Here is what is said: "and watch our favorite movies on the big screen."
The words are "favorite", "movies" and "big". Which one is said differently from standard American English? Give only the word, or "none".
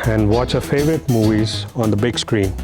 none